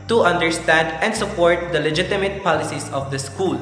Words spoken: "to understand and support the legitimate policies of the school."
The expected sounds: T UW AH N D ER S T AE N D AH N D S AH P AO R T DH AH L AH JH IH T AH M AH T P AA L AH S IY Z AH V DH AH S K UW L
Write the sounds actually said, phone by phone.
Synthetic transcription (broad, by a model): T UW AH N D ER S T AE N D AH N D S AH P AO R T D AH L AH JH IH T AH M AH T P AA L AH S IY S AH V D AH S K UW L